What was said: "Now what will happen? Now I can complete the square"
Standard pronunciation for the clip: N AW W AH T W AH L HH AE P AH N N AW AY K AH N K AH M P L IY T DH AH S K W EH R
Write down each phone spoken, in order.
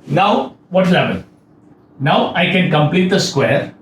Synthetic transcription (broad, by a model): N AW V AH T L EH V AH L N AW AY K AH N K AH M P L IY T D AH S K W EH R